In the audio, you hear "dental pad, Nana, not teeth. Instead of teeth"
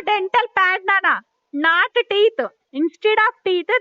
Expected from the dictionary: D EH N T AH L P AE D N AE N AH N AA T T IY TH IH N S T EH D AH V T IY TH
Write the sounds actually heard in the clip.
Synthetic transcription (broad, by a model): D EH N T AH L P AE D N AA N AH N AA T T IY T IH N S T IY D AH P T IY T